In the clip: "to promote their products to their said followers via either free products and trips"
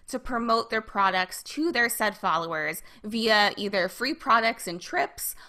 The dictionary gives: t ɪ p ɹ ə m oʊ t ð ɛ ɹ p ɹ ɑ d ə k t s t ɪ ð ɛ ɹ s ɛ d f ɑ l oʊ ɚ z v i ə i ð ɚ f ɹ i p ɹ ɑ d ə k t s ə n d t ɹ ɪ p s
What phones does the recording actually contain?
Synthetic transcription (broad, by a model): t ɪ p ɹ ə m oʊ t ð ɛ ɹ p ɹ ɑ d ə k t s t ɪ ð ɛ ɹ s ɛ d f ɑ l oʊ ɚ z v i ə i ð ɚ f ɹ i p ɹ ɑ d ə k t s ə n t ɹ ɪ p s